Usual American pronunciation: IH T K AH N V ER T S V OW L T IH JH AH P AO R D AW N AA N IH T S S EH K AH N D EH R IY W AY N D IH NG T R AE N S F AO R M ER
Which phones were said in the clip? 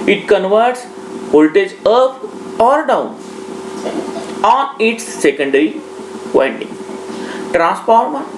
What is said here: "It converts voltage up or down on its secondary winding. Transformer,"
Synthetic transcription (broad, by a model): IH T K AH N V ER T S P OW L T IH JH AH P AO R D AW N AA N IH T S S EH K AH N D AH R IY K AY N D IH NG T R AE N S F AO R M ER